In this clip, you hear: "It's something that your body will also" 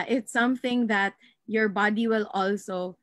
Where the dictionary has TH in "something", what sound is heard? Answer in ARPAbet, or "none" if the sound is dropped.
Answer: TH